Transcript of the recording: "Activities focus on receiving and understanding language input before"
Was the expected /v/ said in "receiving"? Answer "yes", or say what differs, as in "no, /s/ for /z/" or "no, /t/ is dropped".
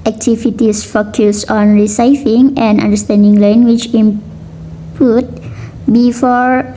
no, /f/ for /v/